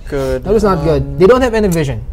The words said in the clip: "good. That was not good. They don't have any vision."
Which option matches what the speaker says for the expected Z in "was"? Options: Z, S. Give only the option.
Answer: S